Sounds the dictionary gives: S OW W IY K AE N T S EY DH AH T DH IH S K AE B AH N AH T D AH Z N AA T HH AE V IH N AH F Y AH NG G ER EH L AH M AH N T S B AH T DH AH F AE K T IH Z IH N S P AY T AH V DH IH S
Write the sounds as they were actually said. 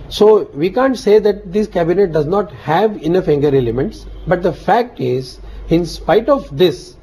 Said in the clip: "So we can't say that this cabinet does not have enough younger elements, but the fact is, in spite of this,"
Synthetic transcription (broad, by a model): S OW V IY K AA N T S EY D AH T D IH S K AE B AH N AH T D AH Z N AA T HH AE V IH N AH F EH NG G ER EH L AH M AH N T S B AH T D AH F AE K T IH Z IH N S P AY T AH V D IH S